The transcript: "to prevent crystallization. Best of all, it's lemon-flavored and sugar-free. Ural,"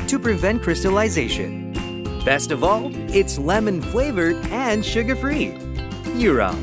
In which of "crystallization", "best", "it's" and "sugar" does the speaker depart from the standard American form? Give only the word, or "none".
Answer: none